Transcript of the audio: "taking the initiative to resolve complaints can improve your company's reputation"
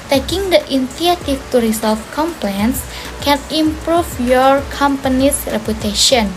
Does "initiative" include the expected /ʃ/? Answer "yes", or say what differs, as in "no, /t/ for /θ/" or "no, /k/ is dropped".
no, /ʃ/ is dropped